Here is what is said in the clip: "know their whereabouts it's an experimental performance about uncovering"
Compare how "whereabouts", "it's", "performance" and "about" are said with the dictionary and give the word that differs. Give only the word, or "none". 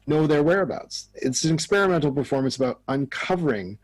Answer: none